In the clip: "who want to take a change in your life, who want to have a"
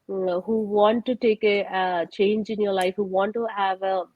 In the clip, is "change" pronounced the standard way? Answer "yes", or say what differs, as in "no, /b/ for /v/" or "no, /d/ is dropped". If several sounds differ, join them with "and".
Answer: yes